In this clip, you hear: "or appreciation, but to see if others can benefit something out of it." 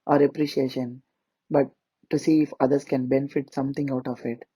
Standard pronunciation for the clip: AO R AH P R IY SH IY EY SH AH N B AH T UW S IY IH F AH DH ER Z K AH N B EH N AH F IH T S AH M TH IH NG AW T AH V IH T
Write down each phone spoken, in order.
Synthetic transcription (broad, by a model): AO R AH P R IY SH IY EY SH AH N B AH T UW S IY IH F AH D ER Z K AH N B EH N AH F IH T S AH M T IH NG AW T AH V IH T